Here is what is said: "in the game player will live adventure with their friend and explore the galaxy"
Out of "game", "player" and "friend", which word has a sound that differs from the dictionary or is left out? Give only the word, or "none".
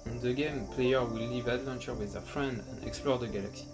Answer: none